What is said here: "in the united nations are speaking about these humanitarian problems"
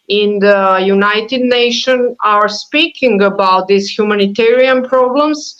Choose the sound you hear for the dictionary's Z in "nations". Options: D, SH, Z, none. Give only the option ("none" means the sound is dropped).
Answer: none